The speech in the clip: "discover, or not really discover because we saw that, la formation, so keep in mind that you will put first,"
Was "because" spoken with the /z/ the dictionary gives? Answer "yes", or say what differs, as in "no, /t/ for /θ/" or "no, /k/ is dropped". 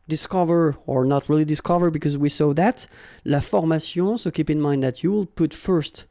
yes